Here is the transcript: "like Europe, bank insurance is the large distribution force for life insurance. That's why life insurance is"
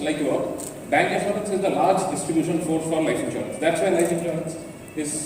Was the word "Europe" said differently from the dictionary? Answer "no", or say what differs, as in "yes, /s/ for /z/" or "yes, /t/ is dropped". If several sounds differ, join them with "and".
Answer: yes, /ɹ/ is dropped